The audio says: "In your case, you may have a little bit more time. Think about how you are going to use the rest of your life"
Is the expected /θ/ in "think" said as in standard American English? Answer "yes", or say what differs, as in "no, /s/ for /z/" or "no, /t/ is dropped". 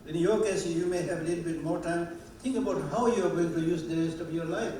no, /t/ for /θ/